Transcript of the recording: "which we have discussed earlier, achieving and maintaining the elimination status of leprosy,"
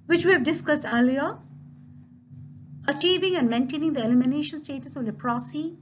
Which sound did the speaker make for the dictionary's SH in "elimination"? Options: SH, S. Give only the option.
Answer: SH